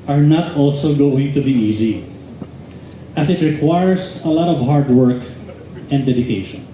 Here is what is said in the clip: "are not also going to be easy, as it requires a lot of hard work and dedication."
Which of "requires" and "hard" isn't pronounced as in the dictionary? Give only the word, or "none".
requires